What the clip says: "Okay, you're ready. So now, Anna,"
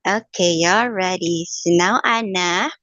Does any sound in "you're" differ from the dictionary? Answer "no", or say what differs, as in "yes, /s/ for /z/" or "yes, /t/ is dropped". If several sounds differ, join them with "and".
yes, /l/ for /ɹ/